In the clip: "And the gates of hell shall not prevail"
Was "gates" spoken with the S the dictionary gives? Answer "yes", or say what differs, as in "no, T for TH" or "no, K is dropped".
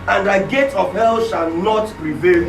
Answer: no, S is dropped